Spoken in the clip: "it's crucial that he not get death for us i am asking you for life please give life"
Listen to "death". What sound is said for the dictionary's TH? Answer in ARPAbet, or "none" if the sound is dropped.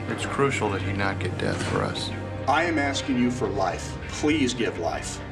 TH